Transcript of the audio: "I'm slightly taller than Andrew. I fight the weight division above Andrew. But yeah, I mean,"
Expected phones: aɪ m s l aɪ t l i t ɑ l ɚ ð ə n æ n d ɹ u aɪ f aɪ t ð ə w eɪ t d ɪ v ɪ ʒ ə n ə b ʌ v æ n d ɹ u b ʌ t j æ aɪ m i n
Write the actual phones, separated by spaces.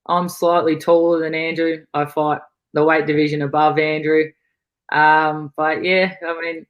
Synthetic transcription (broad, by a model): aɪ m s l aɪ t l i t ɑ l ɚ ð ə n æ n d ɹ u aɪ f aɪ t ð ə w eɪ t d ɪ v ɪ ʒ ə n ə b ʌ v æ n d ɹ u b ʌ t j æ aɪ m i n